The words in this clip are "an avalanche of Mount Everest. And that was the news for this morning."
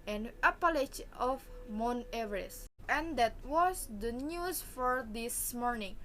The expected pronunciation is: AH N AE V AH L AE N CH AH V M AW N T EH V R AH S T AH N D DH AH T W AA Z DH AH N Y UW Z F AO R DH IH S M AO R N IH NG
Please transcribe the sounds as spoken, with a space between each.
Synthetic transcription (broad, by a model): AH N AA P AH L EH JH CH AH F M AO N EH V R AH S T AH N D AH T W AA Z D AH N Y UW S F AO R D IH S M AO R N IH NG